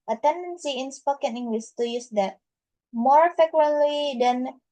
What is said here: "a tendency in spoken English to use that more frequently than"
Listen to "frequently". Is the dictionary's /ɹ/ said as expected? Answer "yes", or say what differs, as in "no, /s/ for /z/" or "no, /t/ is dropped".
no, /ɹ/ is dropped